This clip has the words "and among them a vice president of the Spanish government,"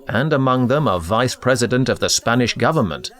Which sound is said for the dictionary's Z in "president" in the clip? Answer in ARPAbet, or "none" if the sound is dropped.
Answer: Z